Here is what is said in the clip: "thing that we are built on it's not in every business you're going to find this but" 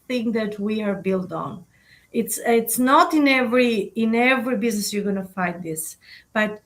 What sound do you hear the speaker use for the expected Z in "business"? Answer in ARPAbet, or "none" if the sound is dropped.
Z